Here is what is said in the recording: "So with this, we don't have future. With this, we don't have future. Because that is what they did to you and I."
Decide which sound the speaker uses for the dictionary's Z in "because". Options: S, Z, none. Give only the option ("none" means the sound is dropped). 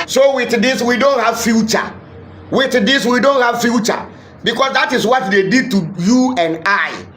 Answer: S